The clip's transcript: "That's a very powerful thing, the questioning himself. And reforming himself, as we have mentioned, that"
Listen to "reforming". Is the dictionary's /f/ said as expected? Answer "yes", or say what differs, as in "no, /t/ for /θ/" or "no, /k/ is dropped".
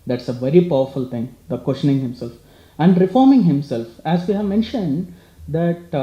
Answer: yes